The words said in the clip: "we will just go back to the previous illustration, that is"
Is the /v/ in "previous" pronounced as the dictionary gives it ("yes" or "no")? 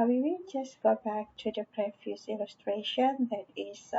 no